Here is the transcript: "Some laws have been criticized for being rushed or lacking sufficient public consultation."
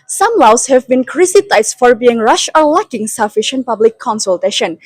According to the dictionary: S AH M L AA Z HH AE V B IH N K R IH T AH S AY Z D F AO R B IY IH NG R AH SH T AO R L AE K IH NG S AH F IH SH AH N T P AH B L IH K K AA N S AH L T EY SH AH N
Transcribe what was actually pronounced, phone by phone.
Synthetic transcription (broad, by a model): S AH M L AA S HH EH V B IH N K R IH S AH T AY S F AO R B IY IH NG R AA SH AO R L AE K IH NG S AH F IH SH AH N T P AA B L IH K K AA N S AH L T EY SH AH N